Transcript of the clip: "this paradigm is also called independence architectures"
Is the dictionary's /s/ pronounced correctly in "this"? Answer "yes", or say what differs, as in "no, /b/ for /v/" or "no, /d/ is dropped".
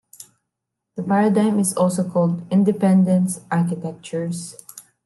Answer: no, /s/ is dropped